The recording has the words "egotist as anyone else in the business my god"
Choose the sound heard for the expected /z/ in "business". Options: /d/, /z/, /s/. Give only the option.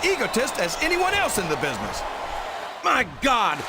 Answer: /z/